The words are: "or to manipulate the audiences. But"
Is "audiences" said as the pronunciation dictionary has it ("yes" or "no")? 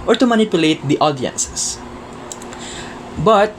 no